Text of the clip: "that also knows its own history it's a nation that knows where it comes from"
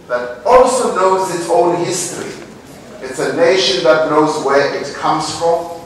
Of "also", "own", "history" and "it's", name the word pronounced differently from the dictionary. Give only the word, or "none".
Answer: none